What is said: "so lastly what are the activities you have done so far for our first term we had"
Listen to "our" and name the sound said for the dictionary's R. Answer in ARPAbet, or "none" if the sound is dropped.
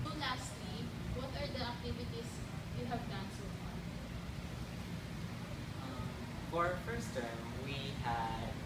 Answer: R